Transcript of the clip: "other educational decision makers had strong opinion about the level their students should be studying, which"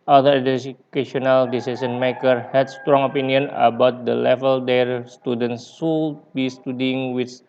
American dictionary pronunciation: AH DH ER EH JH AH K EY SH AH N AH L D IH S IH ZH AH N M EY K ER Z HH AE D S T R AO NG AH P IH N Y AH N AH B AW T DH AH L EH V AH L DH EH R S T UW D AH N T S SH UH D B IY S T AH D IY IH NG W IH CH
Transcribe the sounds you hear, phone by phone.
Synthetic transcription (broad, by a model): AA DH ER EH AH K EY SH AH N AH L D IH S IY S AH N M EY K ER HH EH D S T R AO NG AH P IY N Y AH N AH B AW T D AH L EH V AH L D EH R S T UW D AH N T S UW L B IY S T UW D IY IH NG W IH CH